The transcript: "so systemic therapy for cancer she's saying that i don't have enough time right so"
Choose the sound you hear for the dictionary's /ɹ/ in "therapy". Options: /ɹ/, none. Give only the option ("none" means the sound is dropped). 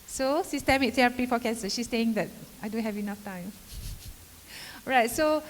none